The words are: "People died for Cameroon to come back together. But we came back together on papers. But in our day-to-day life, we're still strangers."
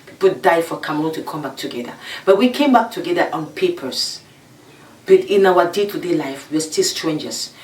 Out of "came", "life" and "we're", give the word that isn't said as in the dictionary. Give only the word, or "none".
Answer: we're